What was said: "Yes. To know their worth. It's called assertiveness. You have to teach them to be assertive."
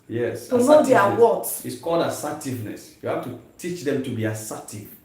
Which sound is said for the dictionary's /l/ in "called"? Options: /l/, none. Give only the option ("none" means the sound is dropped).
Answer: /l/